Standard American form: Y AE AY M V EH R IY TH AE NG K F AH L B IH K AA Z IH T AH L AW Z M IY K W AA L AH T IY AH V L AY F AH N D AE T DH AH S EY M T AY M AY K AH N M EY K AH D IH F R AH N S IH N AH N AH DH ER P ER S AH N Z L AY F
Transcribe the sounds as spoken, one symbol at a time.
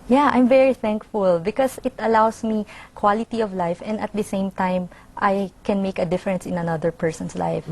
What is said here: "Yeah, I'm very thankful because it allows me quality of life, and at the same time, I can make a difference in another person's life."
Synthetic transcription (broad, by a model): Y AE AY M V EH R IY TH AE NG K F AH L B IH K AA S IH T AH L AW S M IY K W AA L AH T IY AH V L AY F AH N D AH T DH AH S EY M T AY M AY K AH N M EY K AH D IH F R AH N S IH N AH N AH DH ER P ER S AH N S L AY F